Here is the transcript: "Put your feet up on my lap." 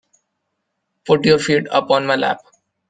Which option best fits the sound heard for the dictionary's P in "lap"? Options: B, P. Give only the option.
P